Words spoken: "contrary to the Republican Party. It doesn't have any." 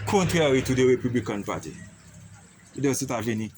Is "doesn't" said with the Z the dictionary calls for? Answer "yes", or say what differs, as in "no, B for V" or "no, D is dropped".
no, S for Z